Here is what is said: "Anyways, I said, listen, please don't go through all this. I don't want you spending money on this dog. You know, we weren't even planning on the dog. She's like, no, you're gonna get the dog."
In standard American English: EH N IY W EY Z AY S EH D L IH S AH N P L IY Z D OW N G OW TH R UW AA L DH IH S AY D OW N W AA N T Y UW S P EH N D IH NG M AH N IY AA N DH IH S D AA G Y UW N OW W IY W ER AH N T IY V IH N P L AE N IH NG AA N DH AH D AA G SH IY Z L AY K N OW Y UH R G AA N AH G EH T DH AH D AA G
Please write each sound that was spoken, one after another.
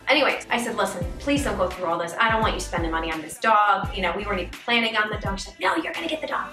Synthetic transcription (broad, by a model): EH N IY W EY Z AY S EH D L IH S AH N P L IY Z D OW G OW TH R UW AA L DH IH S AY D OW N W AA N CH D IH S P EH N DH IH M AH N IY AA N DH IH S D AA G Y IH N OW W IY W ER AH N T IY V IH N P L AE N IH NG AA N DH AH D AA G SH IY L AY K N OW Y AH R G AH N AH G EH T DH AH D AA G